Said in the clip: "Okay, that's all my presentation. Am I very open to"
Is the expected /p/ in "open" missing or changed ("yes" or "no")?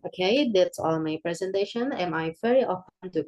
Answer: yes